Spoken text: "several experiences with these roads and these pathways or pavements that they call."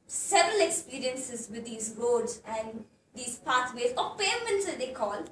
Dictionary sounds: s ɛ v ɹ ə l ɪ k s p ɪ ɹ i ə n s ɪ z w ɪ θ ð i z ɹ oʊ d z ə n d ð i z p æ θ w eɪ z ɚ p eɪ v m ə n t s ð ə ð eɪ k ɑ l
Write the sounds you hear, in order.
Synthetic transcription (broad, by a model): s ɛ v ɹ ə l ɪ k s p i ɹ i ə n s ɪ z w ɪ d i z ɹ oʊ d z ə n d i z p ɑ t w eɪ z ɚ p eɪ m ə n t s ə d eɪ k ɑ l